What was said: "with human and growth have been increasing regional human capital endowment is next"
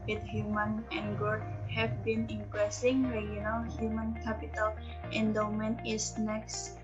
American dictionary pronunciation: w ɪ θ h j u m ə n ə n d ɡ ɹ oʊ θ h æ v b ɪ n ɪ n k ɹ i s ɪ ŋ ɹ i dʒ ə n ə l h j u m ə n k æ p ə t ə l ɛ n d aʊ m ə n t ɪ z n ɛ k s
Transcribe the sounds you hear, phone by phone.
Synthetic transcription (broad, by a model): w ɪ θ h j u m ə n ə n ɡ oʊ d h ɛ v b ɪ n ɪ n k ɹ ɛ s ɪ ŋ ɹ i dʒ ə n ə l h j u m ə n k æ p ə t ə l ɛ n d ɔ m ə n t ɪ s n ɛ k s